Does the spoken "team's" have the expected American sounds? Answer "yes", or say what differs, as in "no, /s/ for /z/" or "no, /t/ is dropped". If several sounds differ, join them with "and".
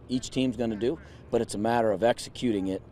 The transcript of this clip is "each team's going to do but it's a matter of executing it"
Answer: yes